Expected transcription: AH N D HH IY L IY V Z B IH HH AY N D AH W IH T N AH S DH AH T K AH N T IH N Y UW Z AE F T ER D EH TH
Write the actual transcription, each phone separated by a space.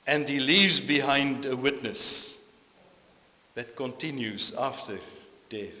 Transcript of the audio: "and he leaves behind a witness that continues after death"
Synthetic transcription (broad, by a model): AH N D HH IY L IY V Z B IH HH AY N D AH W IH T N AH S DH AH T K AH N T IH N Y UW Z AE F T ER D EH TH